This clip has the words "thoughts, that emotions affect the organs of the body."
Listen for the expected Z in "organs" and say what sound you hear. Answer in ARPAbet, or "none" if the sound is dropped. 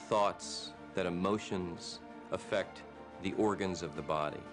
Z